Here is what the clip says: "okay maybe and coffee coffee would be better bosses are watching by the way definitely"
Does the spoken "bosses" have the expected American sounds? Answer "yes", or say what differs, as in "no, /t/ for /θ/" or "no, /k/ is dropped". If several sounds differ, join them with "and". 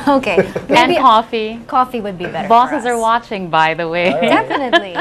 yes